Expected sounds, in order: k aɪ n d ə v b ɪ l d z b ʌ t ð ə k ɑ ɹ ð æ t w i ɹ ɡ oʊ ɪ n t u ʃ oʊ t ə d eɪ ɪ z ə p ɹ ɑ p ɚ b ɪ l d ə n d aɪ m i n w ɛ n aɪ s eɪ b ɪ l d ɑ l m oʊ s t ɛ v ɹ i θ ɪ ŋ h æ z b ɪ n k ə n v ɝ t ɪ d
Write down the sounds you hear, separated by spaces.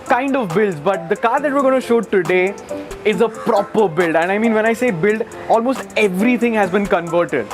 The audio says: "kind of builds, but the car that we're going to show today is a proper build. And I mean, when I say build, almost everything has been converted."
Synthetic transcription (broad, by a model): k aɪ n d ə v b ɪ l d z b ʌ t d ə k ɑ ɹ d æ t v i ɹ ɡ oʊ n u ʃ oʊ t ə d eɪ ɪ z ə p ɹ ɑ p ɚ b ɪ l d ə n d aɪ m i n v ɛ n aɪ s eɪ b ɪ l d ɑ l m oʊ s t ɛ v ɹ i t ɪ ŋ h æ z b ɪ n k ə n v ɝ t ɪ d